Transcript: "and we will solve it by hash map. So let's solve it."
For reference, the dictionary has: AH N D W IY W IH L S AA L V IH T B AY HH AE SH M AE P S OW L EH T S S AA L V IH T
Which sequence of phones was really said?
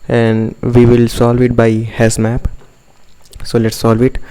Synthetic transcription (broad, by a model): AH N D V IY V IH L S AA L V IH T B AY HH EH S M AE P S OW L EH T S S AA L V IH T